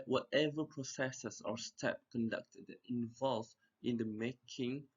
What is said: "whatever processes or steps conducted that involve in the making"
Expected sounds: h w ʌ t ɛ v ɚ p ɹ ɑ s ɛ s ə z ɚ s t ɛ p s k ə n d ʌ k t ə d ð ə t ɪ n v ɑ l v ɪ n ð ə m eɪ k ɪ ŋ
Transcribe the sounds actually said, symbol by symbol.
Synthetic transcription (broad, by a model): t w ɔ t ɛ v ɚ p ɹ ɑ s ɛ s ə s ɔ s t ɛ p k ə n d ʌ k t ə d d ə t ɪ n v ɑ l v ɪ n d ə m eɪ k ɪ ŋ